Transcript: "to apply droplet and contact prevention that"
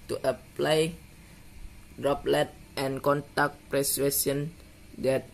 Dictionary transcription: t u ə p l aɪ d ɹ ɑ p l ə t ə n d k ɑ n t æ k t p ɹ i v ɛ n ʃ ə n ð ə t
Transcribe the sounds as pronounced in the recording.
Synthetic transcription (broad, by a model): t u ə p l aɪ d ɹ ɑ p l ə t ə n k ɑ n t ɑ k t p ɹ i w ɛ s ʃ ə n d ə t